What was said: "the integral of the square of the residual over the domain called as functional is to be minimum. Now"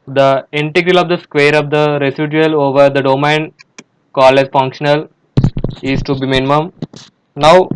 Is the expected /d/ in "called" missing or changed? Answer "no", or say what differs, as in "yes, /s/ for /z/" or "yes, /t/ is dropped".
yes, /d/ is dropped